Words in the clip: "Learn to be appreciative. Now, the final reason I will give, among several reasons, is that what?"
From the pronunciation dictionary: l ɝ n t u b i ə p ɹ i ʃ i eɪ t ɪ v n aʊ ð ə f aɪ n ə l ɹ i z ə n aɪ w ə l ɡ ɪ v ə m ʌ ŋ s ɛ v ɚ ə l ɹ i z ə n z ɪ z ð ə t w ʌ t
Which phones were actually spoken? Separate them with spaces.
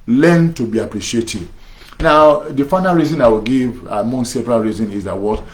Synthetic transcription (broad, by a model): l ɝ n t u b i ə p ɹ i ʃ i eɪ t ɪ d n aʊ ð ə f aɪ n ə l ɹ i z ə n aɪ w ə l ɡ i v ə m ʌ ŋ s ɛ p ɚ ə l ɹ i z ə n ɪ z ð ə t w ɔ t